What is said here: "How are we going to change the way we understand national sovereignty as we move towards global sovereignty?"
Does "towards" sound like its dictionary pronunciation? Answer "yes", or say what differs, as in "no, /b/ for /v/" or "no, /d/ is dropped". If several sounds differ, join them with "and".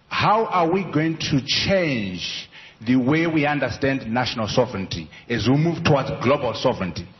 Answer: no, /w/ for /ɹ/